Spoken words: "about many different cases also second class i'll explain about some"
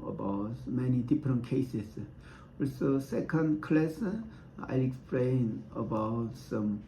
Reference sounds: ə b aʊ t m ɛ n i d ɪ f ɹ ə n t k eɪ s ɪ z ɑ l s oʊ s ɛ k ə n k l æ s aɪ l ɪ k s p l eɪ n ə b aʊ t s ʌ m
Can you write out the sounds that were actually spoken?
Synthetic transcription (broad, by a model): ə b aʊ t m ɛ n i d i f ɹ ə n k eɪ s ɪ s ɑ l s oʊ s ɛ k ə n k l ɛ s aɪ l ɪ k s p l eɪ n ə b aʊ t s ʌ m